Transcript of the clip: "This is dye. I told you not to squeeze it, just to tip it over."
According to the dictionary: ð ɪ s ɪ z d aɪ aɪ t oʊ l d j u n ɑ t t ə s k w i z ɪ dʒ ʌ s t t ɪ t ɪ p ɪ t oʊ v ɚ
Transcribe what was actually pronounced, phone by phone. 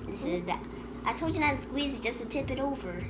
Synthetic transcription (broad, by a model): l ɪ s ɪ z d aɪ aɪ t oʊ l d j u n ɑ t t s k w i z ɪ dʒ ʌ s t t ɪ t ɪ p ɪ t oʊ v ɚ